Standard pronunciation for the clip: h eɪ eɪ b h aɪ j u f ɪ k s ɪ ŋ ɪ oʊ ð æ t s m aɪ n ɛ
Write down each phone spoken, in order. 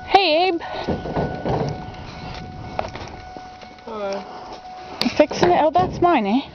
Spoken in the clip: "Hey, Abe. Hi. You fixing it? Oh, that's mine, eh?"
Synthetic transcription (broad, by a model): h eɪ eɪ b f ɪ k s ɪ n ɪ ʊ ð æ t s m aɪ n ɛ